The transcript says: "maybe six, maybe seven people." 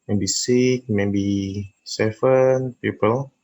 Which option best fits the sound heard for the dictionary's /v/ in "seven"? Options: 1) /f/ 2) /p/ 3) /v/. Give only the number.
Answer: 1